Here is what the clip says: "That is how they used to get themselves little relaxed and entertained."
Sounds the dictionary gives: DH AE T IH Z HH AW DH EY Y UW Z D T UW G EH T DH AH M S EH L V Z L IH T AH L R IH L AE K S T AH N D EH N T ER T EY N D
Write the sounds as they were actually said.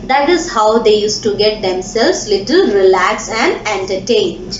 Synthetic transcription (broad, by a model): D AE T IH Z HH AW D EY Y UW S T UW G EH T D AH M S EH L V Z L IH T AH L R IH L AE K S AH N D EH N T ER T EY N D